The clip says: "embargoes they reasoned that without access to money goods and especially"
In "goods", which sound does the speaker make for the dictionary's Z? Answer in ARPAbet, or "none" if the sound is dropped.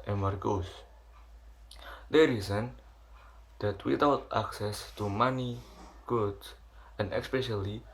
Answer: none